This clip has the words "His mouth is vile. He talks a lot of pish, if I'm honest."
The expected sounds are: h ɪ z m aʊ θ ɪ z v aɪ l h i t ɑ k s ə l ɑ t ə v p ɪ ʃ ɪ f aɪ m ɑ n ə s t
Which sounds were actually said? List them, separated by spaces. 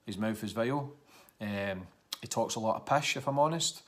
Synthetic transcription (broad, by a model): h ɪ z m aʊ f ɪ z v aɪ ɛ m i t ɑ k s ə l ɑ t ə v p ɪ ʃ ɪ f aɪ m ɑ n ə s t